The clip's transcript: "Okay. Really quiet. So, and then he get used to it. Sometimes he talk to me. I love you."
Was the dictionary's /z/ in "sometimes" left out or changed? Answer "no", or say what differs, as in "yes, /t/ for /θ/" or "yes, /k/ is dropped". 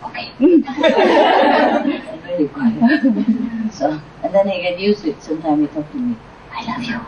yes, /z/ is dropped